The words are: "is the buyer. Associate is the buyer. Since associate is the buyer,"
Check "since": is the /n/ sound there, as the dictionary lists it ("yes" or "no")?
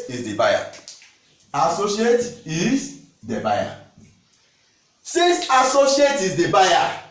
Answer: no